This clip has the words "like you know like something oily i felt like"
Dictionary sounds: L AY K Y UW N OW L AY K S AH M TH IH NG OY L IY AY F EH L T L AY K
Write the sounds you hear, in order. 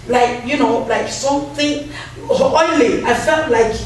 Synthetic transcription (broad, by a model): L AY K Y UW N OW L AY K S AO TH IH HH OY L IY AY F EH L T L AY K